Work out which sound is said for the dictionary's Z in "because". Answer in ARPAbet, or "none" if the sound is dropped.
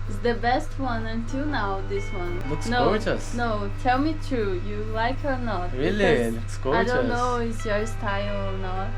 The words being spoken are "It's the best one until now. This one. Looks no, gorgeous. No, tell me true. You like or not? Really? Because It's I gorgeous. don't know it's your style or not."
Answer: none